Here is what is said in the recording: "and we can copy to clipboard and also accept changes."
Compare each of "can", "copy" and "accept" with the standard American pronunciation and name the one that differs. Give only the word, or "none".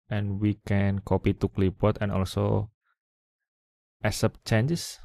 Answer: accept